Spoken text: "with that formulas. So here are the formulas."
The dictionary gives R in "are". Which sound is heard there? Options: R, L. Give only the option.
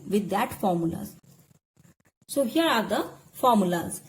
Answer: R